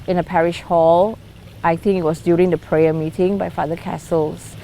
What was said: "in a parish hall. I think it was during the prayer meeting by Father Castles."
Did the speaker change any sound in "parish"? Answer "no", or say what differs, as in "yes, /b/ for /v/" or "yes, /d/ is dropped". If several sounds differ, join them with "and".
no